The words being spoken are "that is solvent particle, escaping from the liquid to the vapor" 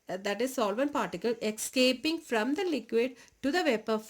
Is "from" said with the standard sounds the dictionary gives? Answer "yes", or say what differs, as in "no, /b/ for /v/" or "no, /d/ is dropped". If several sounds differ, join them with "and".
yes